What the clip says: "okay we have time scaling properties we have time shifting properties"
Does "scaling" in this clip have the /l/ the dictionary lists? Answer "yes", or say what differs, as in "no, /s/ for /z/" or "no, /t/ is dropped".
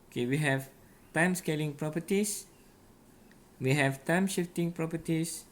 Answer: yes